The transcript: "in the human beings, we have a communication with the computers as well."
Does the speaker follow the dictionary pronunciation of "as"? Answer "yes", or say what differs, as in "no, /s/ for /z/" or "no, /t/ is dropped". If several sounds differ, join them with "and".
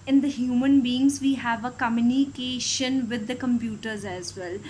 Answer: yes